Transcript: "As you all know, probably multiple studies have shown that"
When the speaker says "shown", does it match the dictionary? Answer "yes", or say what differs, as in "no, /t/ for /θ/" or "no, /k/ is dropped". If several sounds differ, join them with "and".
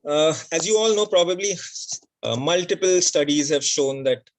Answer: yes